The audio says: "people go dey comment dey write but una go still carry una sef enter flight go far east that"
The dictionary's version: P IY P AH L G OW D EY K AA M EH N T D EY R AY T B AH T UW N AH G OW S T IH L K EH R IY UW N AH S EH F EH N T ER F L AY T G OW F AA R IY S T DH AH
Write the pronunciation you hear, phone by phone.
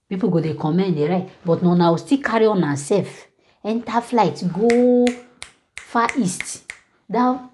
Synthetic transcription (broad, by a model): P IY P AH G OW D EY K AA M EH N D EY R AY T B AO T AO N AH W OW S T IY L K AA R IY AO N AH S EH F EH N T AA F L AY T G OW F AA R IY S T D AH